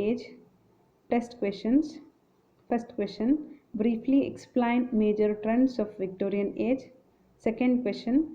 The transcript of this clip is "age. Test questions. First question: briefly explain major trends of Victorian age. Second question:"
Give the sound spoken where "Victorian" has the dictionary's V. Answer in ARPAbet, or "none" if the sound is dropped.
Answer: V